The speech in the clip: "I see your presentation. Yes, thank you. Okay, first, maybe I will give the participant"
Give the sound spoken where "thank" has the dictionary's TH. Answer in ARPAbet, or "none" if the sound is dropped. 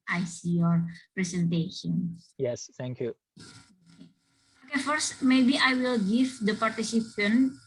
T